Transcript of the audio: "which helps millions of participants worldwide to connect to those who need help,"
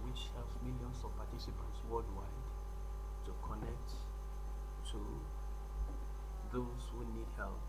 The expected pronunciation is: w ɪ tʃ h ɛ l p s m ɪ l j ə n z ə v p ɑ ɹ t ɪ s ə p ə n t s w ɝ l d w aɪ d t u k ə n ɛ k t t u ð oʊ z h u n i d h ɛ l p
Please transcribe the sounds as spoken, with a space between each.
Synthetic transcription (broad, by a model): w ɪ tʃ h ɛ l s m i l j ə n s ə v p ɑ t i s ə p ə n t s w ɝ l d w aɪ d t u k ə n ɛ k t t u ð oʊ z h u n i d h ɛ l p